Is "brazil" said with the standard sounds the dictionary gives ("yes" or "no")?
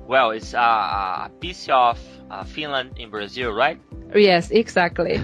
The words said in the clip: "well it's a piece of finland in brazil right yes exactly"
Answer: yes